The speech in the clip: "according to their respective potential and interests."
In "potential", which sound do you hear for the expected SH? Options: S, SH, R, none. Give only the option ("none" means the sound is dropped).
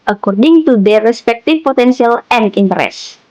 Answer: S